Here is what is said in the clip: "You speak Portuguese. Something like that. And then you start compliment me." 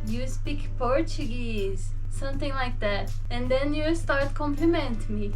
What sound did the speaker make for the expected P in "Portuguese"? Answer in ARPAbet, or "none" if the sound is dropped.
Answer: P